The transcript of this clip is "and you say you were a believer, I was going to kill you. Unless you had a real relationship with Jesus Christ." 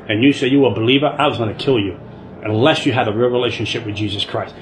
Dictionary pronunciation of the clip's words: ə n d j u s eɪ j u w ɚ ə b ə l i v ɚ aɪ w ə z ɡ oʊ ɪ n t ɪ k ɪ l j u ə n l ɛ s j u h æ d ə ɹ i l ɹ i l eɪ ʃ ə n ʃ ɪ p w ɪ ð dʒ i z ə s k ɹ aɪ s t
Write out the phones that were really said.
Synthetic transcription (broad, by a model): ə n j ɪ s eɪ j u w ɚ b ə l i v ɚ aɪ w ə z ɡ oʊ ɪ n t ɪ k ɪ l j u ə n l ɛ s j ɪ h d ə ɹ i ɹ i l eɪ ʃ ə n ʃ ɪ p w ɪ ð dʒ i z ə s k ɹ aɪ s t